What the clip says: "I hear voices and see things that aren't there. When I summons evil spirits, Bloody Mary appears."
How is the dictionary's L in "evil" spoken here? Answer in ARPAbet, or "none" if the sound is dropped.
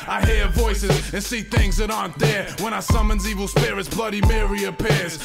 L